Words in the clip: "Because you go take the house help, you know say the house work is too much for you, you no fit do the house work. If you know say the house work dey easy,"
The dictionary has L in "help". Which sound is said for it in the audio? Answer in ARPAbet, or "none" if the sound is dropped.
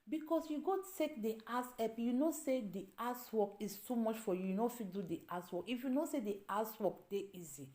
none